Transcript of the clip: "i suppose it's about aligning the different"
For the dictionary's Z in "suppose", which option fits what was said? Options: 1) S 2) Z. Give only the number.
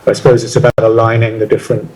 2